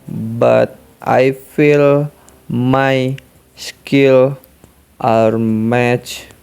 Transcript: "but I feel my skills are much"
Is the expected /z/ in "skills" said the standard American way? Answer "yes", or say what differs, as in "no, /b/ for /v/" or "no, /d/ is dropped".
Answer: no, /z/ is dropped